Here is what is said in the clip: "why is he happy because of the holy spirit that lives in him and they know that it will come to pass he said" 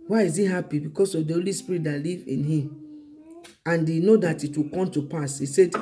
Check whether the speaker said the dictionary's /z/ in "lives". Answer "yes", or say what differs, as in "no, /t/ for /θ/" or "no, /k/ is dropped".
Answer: no, /z/ is dropped